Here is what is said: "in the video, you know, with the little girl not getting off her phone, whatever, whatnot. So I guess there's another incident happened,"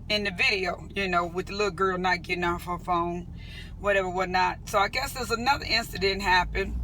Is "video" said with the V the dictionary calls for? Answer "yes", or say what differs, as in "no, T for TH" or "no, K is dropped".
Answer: yes